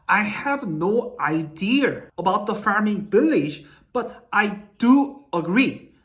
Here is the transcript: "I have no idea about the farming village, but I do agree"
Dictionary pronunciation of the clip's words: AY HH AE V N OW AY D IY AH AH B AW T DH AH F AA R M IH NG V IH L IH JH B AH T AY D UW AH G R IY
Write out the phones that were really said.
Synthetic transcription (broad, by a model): AY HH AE V N OW AY D IY AH AH B AW T DH AH F AA R M IH NG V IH L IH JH B AH T AY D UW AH G R IY